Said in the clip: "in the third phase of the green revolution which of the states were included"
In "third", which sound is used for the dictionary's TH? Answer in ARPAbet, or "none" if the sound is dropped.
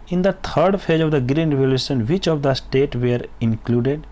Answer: T